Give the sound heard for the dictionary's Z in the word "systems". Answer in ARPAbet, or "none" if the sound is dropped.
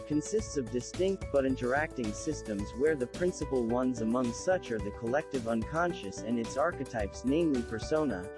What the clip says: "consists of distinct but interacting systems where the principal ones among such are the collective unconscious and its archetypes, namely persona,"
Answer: Z